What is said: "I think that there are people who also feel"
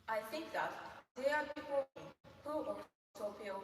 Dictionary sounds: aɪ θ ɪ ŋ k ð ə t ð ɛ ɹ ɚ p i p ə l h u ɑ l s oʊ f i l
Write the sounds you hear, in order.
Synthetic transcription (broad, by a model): aɪ θ ɪ ŋ k ð ə t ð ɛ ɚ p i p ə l h u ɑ s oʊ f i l